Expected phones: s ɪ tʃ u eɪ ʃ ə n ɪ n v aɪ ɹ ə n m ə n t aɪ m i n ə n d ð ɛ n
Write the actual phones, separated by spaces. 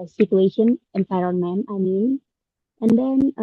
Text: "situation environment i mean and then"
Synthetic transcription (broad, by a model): s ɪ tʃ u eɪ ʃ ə n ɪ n f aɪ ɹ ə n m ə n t aɪ m i n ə n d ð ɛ n